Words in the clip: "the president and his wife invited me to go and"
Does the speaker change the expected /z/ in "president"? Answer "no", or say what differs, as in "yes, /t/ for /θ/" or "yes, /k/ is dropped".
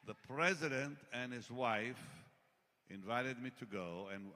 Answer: no